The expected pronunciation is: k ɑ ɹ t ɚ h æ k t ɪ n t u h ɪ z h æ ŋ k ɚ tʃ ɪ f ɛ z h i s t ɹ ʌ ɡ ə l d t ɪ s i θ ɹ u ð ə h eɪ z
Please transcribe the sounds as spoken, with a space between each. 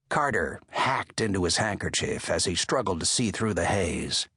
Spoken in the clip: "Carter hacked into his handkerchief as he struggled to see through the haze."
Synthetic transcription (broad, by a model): k ɑ ɹ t ɚ h æ k t ɪ n t u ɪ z h æ ŋ k ɚ tʃ ɪ f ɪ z i s t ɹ ʌ ɡ l d t ɪ s i θ ɹ u ð ə h eɪ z